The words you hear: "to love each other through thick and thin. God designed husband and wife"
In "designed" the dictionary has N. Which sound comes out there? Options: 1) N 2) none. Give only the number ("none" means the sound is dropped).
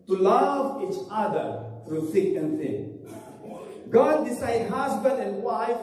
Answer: 2